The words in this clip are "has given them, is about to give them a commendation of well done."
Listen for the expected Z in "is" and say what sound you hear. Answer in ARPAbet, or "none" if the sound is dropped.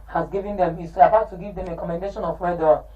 S